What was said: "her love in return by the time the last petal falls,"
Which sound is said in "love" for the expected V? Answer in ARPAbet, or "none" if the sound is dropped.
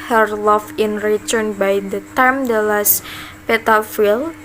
F